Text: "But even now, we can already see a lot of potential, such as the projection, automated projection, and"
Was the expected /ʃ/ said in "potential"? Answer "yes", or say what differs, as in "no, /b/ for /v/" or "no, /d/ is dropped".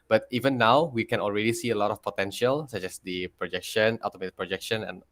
yes